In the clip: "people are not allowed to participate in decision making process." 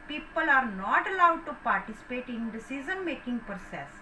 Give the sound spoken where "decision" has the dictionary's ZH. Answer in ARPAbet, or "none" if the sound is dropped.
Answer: Z